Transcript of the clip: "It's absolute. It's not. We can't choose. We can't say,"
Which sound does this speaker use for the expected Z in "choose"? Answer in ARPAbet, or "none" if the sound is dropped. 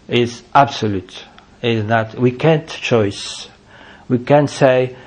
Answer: S